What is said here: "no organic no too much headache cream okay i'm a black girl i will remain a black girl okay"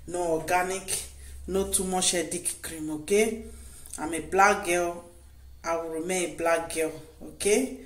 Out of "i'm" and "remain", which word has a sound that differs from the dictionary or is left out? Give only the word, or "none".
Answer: remain